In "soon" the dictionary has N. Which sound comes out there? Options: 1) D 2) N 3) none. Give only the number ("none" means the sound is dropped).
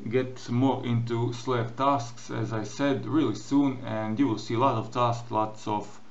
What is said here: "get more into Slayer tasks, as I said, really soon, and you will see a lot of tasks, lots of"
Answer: 2